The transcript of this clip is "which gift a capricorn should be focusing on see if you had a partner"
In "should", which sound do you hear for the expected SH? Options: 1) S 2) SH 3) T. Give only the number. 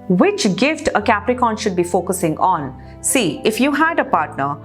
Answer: 2